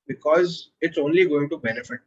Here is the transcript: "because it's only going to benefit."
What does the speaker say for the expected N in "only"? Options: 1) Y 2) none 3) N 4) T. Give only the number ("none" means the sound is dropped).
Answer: 3